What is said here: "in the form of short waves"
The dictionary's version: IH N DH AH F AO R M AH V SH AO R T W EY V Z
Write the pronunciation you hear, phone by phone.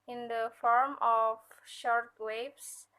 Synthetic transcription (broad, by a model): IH N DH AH F AO R M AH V SH AO R T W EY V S